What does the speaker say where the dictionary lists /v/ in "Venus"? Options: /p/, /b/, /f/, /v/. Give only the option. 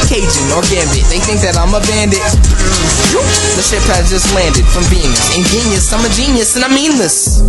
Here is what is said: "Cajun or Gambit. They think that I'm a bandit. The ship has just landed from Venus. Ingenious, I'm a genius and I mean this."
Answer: /b/